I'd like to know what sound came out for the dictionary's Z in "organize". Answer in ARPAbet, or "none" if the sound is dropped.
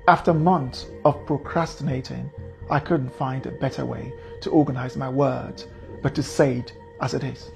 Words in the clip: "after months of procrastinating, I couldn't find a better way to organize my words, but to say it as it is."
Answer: Z